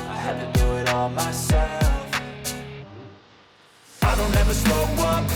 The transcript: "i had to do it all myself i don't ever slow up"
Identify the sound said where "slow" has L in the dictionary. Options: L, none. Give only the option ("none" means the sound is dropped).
none